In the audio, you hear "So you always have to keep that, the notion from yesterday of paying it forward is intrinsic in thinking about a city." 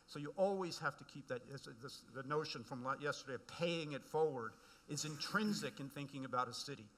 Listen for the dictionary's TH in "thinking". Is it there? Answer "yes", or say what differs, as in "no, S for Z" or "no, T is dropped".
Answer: yes